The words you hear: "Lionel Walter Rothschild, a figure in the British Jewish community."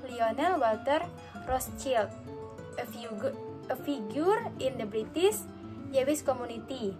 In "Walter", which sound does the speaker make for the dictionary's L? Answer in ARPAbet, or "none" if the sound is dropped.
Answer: L